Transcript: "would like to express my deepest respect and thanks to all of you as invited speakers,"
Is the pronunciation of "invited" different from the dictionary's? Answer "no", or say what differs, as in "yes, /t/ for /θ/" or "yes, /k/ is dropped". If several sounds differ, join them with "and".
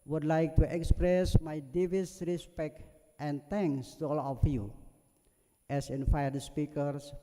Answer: yes, /f/ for /v/